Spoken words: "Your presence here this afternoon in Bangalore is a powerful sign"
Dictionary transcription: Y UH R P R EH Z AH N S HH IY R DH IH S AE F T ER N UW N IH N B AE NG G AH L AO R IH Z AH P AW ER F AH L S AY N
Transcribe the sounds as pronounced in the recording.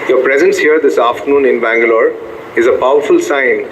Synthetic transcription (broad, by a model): Y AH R P R EH Z AH N S HH IY R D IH S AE F T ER N UW N IH N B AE NG G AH L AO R IH Z AH P AW ER F AH L S AY N